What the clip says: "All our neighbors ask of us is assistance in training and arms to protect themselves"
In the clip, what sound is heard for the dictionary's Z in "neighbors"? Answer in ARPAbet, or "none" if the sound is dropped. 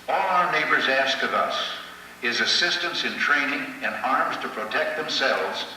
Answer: Z